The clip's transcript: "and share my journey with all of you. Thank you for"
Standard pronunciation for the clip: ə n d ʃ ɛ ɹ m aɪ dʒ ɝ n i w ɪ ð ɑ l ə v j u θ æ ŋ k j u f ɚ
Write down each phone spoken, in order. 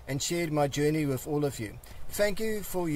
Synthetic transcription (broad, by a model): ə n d ʃ ɛ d m aɪ dʒ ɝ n i w ɪ ð ɑ l ə v j u θ æ ŋ k j u f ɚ